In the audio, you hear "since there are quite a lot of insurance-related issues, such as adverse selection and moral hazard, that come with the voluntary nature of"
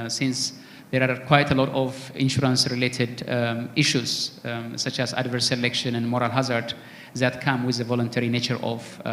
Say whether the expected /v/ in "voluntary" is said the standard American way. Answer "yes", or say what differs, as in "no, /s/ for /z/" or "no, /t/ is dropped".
yes